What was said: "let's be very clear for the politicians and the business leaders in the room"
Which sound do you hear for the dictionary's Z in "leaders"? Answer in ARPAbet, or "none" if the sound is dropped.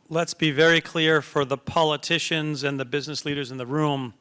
Z